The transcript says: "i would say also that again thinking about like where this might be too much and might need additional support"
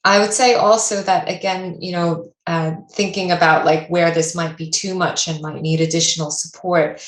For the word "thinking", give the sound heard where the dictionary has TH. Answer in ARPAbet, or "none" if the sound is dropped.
TH